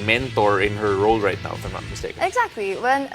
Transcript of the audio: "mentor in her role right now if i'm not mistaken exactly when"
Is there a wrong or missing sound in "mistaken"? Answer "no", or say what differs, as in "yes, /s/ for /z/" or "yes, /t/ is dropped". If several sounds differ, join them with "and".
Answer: yes, /k/ is dropped